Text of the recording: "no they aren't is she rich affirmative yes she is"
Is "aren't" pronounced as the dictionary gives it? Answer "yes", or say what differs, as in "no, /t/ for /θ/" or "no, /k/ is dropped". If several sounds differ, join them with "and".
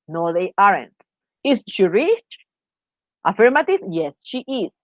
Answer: yes